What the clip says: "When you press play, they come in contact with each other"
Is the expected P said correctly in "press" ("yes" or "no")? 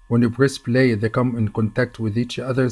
no